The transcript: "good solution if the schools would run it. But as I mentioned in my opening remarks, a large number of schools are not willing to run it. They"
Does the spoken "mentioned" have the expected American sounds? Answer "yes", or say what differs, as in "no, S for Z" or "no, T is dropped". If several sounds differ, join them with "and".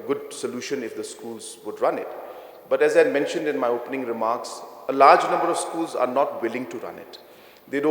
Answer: yes